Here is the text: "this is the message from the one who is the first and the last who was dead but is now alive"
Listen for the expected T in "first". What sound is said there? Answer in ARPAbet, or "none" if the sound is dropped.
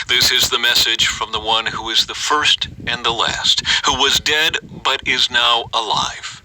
T